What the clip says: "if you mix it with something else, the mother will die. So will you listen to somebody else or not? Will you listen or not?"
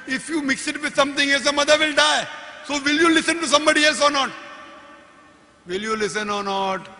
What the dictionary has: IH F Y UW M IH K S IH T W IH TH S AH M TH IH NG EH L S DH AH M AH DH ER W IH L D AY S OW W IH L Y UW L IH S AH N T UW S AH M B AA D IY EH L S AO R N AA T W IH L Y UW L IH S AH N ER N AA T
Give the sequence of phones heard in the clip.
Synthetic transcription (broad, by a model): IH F Y UW M IH K S IH T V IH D S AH M T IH NG EH L S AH M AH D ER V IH L D AY S OW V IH L Y UW L IH S AH N T UW S AH M B AA D IY EH L S AO R N AA T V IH L Y UW L IH S AH N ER N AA T